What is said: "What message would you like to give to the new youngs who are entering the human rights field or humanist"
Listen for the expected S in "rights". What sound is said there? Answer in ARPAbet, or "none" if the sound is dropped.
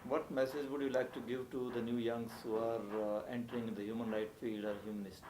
none